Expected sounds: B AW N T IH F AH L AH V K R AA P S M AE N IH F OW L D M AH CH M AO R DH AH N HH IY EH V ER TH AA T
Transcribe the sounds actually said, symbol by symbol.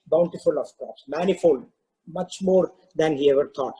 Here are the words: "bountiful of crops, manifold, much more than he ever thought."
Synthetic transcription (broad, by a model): B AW N T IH F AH L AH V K AA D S M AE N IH F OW L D M AH CH M AO R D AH N HH IY EH V ER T AA T